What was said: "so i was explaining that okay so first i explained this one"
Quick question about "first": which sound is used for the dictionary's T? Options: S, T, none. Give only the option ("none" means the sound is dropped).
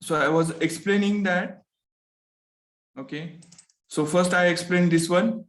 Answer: T